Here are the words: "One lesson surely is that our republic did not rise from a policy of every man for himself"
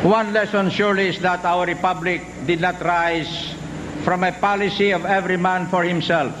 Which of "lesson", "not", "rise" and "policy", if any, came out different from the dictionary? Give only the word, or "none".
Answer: rise